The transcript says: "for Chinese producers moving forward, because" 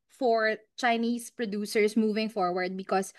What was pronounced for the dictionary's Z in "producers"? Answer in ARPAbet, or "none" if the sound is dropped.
S